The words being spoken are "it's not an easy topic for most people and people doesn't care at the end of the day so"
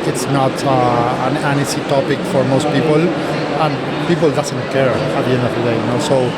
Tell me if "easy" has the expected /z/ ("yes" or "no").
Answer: no